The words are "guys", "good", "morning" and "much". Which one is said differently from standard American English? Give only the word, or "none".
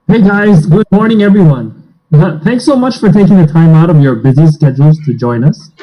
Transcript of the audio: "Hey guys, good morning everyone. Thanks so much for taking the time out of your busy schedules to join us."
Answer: none